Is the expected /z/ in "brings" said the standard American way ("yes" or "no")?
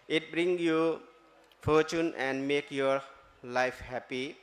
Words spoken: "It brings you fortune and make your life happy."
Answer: no